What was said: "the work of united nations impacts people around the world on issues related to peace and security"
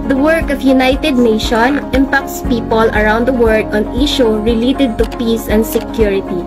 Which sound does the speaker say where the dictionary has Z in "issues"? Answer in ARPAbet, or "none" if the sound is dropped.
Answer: none